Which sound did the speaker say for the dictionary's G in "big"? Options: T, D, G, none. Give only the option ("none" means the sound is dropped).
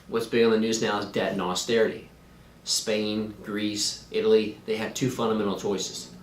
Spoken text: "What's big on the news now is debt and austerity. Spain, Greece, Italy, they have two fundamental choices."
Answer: none